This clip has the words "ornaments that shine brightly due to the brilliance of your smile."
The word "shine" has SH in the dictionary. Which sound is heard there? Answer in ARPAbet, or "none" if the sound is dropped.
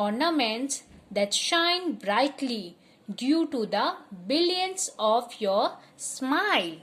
SH